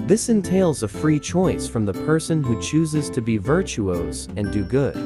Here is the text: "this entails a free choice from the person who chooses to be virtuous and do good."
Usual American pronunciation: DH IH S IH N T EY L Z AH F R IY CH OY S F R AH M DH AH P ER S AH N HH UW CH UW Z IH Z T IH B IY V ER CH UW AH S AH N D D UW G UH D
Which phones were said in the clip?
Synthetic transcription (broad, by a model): DH IH S IH N T EY L Z AH F R IY CH OY S F R AH M DH AH P ER S AH N HH UW CH UW Z IH Z T IH B IY V ER CH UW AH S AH N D D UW G UH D